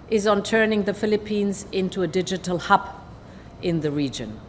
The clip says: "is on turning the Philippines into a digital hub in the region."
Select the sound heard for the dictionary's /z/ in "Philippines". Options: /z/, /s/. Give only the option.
/z/